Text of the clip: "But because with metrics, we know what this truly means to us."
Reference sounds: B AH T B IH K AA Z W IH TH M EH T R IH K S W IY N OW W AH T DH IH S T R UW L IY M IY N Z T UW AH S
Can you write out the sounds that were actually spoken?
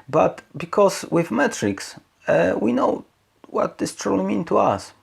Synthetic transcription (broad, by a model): B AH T B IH K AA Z W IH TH M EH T R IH K S W IY N OW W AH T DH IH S T R UW L IY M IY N T UW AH S